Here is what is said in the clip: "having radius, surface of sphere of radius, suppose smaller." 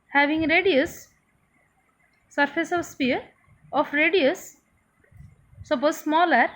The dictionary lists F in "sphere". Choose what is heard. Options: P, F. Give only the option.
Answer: P